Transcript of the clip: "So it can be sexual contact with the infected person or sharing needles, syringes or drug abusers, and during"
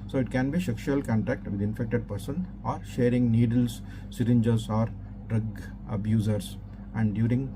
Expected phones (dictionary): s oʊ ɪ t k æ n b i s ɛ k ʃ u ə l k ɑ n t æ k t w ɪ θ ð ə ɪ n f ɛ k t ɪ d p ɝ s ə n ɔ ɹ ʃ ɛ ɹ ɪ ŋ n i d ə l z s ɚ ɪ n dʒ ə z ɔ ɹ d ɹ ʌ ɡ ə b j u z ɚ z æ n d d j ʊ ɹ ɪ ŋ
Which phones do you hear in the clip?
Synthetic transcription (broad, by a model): s oʊ ɪ t k æ n b i ʃ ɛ k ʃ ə l k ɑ n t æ k t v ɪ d ɪ n f ɛ k t ɪ d p ɝ s ə n ɔ ɹ ʃ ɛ ɹ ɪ ŋ n i d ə l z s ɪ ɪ n dʒ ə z ɔ ɹ d ɹ ʌ ɡ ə b j u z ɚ s æ n d d j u ɹ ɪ ŋ